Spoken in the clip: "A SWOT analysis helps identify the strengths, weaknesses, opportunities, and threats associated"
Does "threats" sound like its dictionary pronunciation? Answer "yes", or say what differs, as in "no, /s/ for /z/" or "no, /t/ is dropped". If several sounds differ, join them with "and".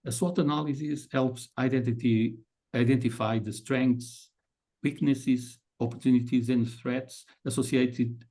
yes